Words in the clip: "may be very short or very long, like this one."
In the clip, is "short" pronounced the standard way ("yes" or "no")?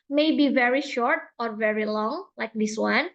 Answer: yes